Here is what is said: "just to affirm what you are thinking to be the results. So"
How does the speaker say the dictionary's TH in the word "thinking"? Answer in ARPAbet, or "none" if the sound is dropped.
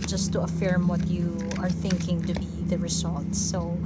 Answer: TH